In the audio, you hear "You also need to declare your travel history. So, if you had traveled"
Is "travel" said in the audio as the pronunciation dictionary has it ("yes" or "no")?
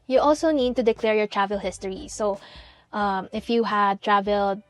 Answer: yes